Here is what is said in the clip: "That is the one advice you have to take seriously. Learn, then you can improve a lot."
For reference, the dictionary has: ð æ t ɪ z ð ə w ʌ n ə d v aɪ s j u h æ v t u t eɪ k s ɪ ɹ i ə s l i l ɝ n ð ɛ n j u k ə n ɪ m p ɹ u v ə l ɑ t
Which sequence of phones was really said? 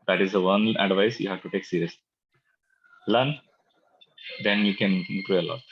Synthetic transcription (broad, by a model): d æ t ɪ z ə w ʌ n ə d v aɪ s j u h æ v t u t eɪ k s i ɹ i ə s l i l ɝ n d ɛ n j u k ə n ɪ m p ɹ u ə l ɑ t